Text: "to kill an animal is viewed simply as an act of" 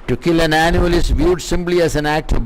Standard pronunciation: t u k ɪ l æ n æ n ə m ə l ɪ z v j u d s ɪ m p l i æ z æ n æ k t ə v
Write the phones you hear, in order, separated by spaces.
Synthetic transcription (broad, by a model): t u k ɪ l æ n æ n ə ə l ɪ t v j u d s ɪ m p l i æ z æ n æ k t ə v